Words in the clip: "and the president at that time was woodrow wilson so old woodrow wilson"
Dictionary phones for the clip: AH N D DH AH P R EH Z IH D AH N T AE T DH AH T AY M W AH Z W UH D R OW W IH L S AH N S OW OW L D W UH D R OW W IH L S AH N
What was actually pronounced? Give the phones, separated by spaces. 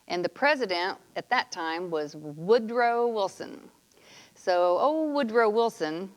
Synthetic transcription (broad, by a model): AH N DH AH P R EH Z IH D AH N T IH T DH AH T AY M W AH Z W UH D R OW W IH L S AH N S OW OW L W UH D R OW W IH L S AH N